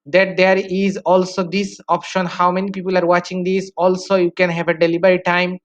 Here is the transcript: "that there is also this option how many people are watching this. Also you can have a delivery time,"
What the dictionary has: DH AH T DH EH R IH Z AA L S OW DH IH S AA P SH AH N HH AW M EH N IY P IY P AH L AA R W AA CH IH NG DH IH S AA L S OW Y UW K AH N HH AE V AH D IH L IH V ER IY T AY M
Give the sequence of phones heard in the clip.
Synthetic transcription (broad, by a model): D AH T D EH R IH Z AA L S OW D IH S AA P SH AH N HH AW M EH N IY P IY P AH L AA R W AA CH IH NG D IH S AA L S OW Y UW K AH N HH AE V AH D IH L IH B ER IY T AY M